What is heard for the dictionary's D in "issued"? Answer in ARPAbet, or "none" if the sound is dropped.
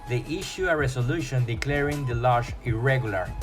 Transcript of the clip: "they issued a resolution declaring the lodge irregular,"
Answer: none